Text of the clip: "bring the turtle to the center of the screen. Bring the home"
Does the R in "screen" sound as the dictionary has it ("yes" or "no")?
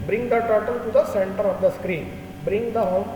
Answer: yes